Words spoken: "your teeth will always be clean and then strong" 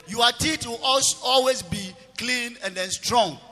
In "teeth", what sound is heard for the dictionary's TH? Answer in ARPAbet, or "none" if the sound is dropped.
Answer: T